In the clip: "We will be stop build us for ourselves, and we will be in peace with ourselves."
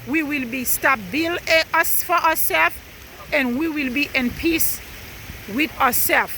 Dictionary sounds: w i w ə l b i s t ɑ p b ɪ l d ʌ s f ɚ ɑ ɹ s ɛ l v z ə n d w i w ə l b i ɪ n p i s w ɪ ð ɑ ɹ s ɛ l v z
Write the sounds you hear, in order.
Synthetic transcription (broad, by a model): w i w ə l b i s t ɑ b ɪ l ʌ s f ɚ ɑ s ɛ l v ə n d w i w ə l b i ɪ n p i s w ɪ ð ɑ s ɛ l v